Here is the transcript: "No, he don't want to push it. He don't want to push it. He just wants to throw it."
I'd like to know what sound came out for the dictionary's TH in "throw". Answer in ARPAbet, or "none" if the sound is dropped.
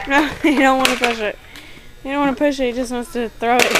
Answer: TH